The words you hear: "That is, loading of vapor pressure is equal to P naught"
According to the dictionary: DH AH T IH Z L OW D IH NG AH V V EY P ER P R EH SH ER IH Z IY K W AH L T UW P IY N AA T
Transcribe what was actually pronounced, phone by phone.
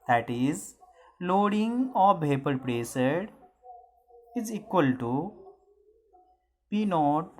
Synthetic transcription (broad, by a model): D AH T IH Z L OW D IH NG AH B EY P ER P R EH S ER IH Z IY K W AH L T UW P IY N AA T